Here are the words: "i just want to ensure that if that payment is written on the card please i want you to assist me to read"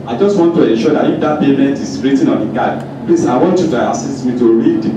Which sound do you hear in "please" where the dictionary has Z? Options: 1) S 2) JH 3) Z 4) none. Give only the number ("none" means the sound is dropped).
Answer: 1